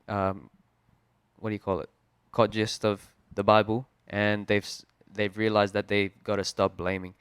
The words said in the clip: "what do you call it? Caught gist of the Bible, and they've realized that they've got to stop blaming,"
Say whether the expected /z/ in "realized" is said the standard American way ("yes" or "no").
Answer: yes